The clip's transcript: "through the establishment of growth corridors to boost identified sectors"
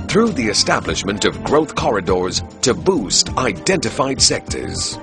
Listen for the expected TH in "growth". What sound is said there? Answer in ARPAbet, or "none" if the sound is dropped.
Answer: TH